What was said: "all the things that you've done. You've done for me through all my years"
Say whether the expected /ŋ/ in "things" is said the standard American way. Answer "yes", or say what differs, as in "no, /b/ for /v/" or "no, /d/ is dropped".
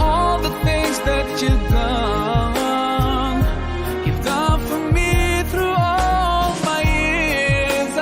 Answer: yes